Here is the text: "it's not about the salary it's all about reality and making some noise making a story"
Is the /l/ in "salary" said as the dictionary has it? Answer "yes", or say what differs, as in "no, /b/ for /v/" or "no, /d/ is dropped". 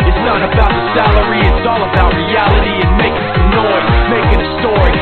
yes